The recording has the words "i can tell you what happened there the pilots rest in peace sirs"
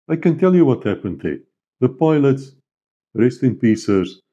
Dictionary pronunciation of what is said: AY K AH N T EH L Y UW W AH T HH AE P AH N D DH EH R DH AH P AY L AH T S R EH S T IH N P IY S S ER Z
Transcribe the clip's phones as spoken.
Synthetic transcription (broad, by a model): AY K AH N T EH L Y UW W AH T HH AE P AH N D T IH DH AH P AY L AH T S R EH S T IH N P IY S S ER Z